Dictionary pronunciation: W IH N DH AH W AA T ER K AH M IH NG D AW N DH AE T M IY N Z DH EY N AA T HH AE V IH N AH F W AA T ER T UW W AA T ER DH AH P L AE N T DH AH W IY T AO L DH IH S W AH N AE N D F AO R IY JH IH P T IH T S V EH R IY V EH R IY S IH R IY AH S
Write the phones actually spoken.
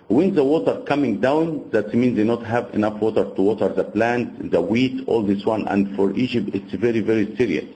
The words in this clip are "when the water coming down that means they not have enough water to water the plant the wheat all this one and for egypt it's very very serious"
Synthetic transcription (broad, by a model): W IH N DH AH W AA T ER K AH M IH NG D AW N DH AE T M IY N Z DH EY N AA T HH AE V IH N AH F W AA T ER T UW W AA T ER DH AH P L AE N T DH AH W IY T AO L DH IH S W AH N AE N D F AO R IY JH IH P T IH T S V EH R IY V EH R IY S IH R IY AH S